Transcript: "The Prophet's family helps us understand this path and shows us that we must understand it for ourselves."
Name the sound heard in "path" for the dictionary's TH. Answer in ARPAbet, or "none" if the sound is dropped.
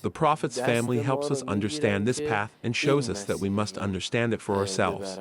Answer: TH